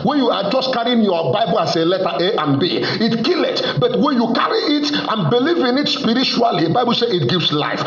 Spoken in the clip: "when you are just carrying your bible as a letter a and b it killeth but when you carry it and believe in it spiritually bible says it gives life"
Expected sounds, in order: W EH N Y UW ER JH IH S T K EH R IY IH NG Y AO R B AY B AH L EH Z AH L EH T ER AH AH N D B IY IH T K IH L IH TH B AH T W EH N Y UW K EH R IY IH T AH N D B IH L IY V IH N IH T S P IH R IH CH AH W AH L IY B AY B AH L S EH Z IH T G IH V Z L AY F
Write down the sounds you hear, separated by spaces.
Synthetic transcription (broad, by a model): W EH N Y UW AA JH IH S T K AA R IY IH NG Y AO B AY B AH L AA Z AH L EH T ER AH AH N B IY IH T K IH L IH T B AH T W EH N Y UW K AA R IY IH T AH N B IH L IY V IH N IH T S P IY R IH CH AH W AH L IY B AY B AH L S EH IH T G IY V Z L AY F